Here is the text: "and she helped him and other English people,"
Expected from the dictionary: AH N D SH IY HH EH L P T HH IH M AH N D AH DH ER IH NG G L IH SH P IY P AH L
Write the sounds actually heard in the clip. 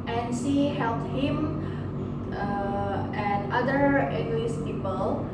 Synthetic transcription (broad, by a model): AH N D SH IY HH EH L P T HH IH M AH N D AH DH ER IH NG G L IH S P IY P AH L